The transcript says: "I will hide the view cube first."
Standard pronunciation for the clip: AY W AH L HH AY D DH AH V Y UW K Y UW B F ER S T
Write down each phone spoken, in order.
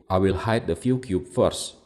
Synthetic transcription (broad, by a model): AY W AH L HH AY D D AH F Y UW K Y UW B F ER S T